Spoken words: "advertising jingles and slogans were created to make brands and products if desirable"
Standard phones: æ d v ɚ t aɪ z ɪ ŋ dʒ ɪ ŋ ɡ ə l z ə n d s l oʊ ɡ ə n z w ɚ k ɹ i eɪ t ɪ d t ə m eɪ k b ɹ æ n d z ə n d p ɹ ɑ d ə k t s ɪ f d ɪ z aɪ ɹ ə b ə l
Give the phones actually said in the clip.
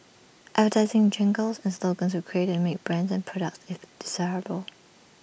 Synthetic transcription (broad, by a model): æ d v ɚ t aɪ z ɪ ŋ dʒ ɪ ŋ ɡ ə l z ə n s l oʊ ɡ ə n z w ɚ k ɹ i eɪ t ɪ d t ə m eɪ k b ɹ æ n d z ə n p ɹ ɑ d ə k t s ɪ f d ɪ z aɪ ɹ ə b ə l